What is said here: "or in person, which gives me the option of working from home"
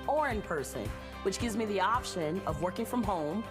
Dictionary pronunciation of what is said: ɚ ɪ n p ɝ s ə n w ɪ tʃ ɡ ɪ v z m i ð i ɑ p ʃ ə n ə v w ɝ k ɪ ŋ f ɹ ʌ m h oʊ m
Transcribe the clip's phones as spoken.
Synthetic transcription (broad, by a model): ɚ ɪ n p ɝ s ə n w ɪ tʃ ɡ ɪ v z m i ð i ɑ p ʃ ə n ə v w ɝ k ɪ ŋ f ɹ ʌ m h oʊ m